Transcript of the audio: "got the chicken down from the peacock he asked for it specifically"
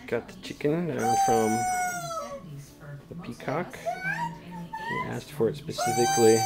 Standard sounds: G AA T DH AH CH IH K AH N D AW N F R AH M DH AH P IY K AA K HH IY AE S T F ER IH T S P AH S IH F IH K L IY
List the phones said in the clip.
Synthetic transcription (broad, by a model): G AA T DH AH CH IH K AH N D AW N F R AH M DH AH P IY K AA K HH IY AE S T F ER IH T S P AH S IH F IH K L IY